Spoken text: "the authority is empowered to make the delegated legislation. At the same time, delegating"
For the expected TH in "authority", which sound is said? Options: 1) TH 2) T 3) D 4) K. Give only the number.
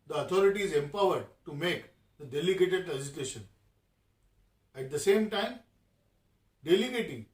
2